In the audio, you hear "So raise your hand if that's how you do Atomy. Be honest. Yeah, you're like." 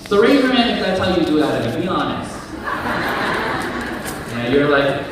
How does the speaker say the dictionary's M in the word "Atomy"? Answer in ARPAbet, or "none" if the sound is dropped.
none